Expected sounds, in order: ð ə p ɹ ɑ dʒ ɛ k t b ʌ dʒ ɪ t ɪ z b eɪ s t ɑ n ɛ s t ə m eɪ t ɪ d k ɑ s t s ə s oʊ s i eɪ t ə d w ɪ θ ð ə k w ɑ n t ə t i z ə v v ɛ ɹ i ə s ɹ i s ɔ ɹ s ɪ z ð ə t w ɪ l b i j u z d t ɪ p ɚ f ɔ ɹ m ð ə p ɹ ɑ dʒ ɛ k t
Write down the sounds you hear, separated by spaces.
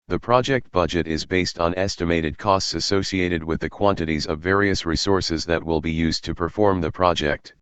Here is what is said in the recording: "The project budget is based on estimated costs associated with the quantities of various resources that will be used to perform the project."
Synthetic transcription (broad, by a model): ð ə p ɹ ɑ dʒ ɛ k t b ʌ dʒ ɪ t ɪ z b eɪ s t n ɛ s t ə m eɪ t ɪ d k ɑ s t s ə s oʊ s i eɪ t ə d w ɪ ð ə k w ɑ n t ə t i z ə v v ɛ ɹ i ə s ɹ i s ɔ ɹ s ɪ z ð ə t w ɪ l b i j u z t ɪ p ɚ f ɔ ɹ m ð ə p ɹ ɑ dʒ ɛ k t